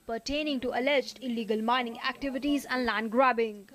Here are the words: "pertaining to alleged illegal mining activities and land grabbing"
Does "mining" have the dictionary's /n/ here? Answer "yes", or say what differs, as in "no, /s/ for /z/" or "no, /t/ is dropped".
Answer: yes